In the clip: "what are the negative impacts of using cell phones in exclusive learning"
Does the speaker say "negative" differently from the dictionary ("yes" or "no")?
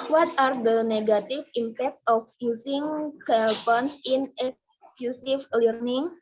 yes